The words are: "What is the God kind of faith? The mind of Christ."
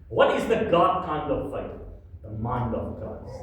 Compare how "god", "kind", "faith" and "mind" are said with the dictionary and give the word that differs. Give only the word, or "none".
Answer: faith